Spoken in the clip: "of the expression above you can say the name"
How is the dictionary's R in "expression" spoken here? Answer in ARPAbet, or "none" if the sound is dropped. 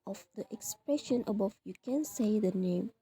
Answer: R